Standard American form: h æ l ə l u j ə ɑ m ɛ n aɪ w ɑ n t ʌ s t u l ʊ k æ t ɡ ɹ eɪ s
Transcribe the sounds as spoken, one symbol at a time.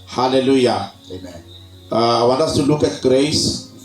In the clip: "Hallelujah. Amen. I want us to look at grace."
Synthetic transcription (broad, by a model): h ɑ l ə l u j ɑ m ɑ aɪ w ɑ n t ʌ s t u l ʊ k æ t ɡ ɹ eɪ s